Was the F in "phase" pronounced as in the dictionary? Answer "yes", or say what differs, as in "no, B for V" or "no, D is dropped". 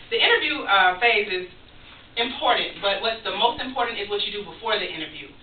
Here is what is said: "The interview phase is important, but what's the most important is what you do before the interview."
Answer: yes